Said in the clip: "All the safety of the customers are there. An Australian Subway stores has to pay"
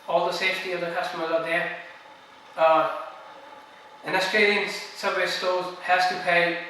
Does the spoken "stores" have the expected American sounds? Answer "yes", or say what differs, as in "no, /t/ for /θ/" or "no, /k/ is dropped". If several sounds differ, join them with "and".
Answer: no, /l/ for /ɹ/